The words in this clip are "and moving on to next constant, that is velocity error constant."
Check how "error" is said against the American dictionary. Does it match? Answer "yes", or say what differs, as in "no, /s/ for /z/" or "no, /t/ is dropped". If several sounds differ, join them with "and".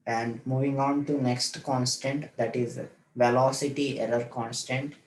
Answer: no, /l/ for /ɹ/